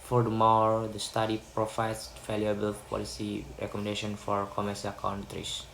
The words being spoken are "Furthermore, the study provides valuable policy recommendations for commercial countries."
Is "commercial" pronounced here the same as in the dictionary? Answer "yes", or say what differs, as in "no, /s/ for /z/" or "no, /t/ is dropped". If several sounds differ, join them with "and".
no, /s/ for /ʃ/